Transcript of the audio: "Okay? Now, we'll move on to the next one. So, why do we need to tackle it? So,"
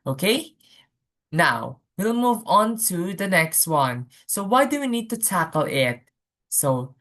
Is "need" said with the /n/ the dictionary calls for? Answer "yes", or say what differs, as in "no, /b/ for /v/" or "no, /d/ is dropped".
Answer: yes